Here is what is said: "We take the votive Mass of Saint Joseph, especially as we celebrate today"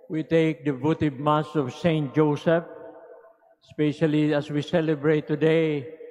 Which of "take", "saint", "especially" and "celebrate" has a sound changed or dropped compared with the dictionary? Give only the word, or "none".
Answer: none